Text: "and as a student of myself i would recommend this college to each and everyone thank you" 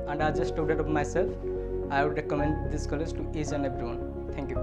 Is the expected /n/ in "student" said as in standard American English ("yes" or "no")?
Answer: no